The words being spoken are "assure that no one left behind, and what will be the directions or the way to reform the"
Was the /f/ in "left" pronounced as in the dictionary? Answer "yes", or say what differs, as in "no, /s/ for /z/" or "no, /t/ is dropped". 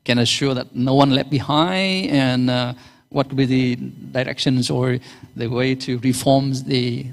no, /f/ is dropped